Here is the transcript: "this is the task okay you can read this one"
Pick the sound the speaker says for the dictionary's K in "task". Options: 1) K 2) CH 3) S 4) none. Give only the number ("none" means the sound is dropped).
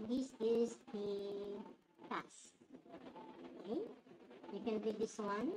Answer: 4